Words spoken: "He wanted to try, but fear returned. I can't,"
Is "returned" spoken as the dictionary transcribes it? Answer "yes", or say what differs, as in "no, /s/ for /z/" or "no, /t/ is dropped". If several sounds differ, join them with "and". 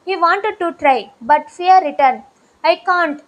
no, /d/ is dropped